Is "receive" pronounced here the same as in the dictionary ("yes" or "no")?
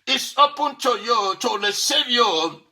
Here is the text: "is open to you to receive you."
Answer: no